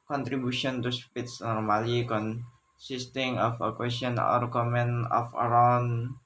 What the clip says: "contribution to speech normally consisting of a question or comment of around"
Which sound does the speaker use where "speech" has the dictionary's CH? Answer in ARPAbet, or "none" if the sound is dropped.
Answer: S